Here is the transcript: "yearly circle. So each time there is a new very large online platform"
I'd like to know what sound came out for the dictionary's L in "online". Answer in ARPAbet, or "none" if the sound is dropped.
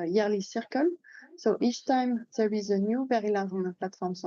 none